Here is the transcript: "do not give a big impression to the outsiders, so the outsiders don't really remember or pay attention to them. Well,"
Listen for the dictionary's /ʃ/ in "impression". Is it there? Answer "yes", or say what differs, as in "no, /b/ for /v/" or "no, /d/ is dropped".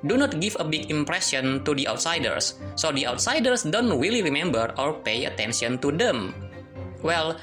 no, /s/ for /ʃ/